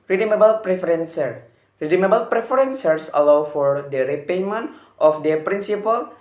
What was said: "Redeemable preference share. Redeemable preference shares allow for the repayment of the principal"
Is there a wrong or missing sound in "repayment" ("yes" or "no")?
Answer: no